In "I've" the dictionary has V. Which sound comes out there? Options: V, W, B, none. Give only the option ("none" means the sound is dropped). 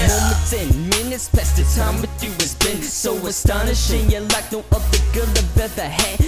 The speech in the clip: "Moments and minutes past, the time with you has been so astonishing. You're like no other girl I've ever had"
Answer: B